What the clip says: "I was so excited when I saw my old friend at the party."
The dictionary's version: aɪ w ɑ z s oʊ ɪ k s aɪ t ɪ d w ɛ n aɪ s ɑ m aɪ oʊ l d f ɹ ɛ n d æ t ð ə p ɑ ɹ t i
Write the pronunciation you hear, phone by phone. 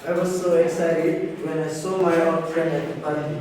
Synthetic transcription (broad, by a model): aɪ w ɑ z s oʊ ɪ k s aɪ t ɪ d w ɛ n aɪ s ɑ m aɪ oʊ d f ɹ ɛ n d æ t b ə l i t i